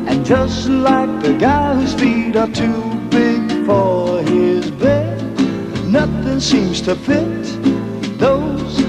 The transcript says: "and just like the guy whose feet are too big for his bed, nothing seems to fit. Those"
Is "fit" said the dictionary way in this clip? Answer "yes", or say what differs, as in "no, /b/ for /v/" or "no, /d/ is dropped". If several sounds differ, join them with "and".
no, /p/ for /f/